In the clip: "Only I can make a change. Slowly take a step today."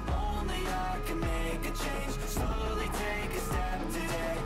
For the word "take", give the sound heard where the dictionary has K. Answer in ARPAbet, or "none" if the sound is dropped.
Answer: K